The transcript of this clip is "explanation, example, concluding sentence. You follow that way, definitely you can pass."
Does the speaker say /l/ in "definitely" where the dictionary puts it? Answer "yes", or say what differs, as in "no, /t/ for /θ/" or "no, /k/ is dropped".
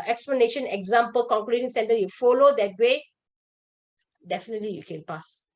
yes